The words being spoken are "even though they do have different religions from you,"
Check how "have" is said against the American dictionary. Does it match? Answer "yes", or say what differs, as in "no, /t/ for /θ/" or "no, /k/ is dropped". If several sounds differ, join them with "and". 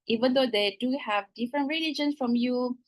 yes